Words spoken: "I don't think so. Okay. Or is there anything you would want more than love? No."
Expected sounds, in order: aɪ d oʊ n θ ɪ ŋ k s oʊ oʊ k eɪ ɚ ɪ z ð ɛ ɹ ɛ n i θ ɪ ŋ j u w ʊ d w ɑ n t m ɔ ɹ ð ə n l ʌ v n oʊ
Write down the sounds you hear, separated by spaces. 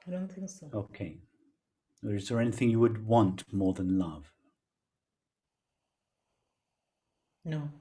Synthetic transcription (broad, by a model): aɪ d oʊ n θ ɪ ŋ k s oʊ oʊ k eɪ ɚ ɪ z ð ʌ ɹ ɛ n i θ ɪ ŋ j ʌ w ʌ d w ɑ n t m ɔ ɹ ð ə n l ʌ v n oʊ